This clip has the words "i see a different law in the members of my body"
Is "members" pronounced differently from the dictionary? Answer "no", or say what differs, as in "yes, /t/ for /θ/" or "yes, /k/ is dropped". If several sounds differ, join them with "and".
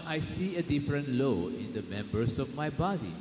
yes, /s/ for /z/